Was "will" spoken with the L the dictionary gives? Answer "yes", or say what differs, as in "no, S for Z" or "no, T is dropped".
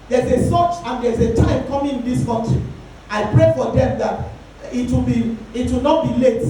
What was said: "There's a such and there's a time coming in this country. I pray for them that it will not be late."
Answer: no, W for L